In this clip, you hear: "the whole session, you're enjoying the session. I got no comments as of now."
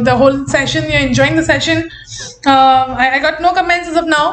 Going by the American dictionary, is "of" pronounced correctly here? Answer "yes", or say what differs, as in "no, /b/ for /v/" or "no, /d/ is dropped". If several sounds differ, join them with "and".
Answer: no, /p/ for /v/